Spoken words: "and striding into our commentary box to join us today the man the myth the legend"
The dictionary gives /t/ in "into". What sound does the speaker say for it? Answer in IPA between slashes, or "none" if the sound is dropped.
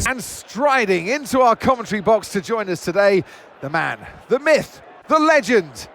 /t/